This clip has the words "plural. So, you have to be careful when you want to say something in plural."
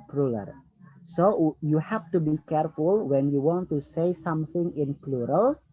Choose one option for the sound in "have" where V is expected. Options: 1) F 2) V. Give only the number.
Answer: 1